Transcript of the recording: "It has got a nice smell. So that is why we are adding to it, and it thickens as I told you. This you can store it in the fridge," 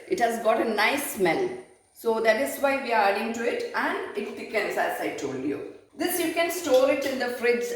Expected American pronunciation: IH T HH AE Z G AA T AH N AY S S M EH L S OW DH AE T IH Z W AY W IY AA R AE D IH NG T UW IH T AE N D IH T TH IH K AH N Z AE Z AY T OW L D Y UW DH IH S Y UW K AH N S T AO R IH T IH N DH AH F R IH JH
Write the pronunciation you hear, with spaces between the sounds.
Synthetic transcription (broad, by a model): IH T HH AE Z G AA T AH N AY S S M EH N S OW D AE T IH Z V AY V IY AA R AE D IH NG T UW IH T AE N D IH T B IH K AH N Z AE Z AY T OW L D Y UW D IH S Y UW K AH N S T AO R IH T IH N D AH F R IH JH